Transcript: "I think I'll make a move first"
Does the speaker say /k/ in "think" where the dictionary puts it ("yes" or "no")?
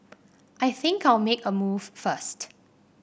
yes